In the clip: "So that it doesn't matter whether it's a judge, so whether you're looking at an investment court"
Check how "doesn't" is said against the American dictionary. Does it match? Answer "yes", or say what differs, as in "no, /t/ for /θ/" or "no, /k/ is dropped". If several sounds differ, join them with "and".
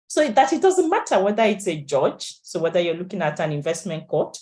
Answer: yes